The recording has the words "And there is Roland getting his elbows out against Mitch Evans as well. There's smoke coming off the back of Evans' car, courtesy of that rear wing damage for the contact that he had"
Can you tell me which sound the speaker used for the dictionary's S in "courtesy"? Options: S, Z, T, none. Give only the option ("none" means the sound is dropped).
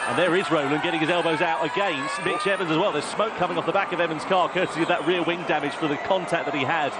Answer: none